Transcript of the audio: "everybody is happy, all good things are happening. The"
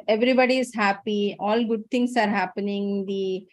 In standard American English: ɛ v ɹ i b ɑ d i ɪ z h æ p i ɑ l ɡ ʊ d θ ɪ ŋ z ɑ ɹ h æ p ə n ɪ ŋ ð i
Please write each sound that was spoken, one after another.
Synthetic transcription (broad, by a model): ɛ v ɹ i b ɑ d i ɪ z h æ p i ɑ l ɡ ʊ d t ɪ ŋ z ɑ ɹ h æ p ə n ɪ ŋ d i